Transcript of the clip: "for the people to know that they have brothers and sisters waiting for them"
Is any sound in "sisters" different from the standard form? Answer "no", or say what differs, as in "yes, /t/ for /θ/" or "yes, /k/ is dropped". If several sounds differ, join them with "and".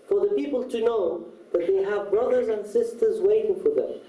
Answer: no